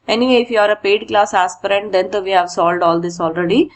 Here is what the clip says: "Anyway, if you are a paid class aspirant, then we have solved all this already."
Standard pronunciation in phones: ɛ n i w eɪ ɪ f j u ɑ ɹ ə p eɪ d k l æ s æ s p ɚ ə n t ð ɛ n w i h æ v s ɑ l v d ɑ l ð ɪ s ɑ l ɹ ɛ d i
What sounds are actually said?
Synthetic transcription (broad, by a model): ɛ n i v eɪ ɪ f j u ɑ ɹ ə p eɪ d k l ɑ s æ s p ɚ ə n t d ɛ n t i h æ v s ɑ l d ɑ l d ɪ s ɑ l ɹ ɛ d i